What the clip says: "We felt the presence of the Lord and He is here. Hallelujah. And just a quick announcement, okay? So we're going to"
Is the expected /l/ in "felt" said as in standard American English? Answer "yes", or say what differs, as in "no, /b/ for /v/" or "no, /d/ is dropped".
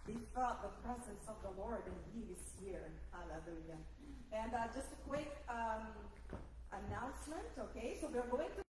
no, /l/ is dropped